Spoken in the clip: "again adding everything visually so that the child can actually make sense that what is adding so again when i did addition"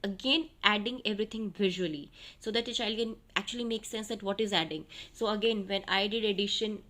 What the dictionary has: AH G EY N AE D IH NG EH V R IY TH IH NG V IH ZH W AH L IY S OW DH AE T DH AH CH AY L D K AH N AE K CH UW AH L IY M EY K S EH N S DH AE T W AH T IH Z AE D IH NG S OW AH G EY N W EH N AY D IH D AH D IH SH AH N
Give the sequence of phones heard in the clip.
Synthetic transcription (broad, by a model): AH G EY N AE D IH NG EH V R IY T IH NG V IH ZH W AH L IY S OW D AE T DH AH CH AY L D K AH N AE K CH UW AH L IY M EY K S EH N S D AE T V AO T IH Z AE D IH NG S OW AH G EY N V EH N AY D IH D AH D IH SH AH N